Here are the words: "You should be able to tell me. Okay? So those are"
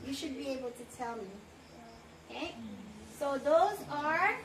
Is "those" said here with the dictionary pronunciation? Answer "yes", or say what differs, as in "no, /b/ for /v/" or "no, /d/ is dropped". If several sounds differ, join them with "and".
yes